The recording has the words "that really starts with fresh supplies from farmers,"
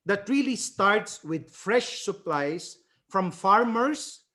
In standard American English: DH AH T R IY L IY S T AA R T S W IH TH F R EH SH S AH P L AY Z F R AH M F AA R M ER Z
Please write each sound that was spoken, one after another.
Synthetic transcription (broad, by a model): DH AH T R IY L IY S T AA R T S W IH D F R EH SH S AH P L AY S F R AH M F AA R M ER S